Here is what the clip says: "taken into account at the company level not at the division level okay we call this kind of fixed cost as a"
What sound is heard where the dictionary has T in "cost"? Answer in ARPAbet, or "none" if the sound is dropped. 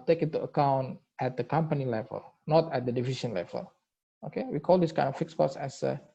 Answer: none